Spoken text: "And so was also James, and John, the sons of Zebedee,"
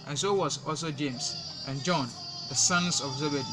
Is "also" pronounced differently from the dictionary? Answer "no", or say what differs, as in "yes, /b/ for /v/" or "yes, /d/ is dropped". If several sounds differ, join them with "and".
no